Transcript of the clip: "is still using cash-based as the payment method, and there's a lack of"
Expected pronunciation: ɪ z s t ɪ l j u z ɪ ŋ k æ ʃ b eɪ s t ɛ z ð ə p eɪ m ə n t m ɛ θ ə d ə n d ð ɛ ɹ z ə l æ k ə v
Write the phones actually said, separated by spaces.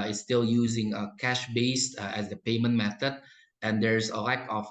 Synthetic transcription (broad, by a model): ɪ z s t ɪ l j u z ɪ ŋ k æ ʃ b eɪ s t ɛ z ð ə p eɪ m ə n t m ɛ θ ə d ə n d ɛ ɹ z ə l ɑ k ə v